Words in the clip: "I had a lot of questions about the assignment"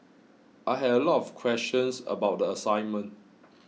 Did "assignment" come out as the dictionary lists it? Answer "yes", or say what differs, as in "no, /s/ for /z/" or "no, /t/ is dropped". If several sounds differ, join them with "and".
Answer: yes